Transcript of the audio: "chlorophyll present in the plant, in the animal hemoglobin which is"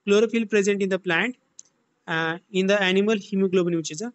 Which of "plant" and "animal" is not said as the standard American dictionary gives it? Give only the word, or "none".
none